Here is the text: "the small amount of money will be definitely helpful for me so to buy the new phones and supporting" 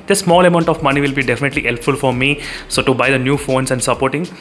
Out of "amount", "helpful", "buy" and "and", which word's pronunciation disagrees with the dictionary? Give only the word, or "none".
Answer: none